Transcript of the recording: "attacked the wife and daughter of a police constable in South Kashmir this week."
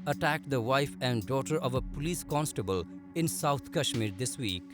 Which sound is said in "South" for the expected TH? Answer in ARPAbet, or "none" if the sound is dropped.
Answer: T